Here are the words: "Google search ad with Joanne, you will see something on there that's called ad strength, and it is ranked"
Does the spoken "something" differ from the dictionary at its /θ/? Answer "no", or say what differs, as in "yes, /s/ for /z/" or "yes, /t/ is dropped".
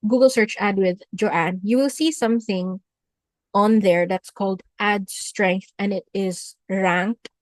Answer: no